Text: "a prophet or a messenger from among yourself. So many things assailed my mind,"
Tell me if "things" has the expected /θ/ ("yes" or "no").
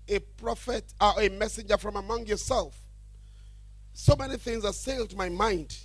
yes